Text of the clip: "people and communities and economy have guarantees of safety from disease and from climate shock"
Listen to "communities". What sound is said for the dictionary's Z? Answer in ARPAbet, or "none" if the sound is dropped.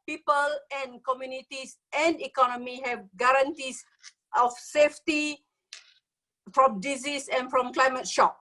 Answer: S